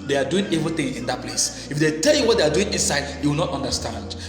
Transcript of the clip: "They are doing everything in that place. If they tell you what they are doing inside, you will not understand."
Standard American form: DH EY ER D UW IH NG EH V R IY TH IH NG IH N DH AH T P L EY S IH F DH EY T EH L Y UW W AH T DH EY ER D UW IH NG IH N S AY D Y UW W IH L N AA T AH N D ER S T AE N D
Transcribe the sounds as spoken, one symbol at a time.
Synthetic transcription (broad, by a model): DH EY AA D UW IH NG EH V IY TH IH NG IH N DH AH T P L EY S IH F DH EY T EH L Y UW W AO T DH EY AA D UW IH NG IH N S AY D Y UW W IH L N AA T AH N D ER S T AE N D